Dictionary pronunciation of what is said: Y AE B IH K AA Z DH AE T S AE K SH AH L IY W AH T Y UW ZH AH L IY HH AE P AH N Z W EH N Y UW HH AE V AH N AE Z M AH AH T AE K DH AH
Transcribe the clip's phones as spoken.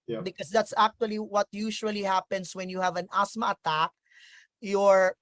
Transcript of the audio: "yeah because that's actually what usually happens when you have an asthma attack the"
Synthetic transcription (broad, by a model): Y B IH K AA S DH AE T S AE K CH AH L IY W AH T Y UW SH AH L IY HH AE P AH N S W EH N Y UW HH AE V AH N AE S M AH AH T AE K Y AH